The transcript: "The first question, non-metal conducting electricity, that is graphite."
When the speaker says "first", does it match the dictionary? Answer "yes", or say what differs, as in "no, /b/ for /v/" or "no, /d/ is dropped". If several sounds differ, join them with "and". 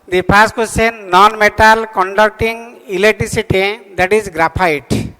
no, /p/ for /f/